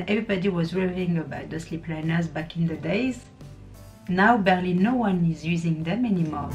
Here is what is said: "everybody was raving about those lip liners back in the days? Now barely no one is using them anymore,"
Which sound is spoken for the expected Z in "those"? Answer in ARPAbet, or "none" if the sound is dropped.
S